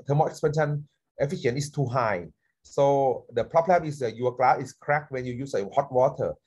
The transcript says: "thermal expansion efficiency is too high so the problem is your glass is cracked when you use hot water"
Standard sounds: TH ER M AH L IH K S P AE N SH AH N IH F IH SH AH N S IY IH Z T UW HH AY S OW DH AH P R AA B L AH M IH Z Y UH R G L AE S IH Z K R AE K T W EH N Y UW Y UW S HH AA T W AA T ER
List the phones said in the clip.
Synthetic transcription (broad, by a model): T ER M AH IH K S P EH N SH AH N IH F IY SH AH N IY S T UW HH AY S OW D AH P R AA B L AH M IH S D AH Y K L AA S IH S K R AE K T W EH N Y UW Y UW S HH AA T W AA T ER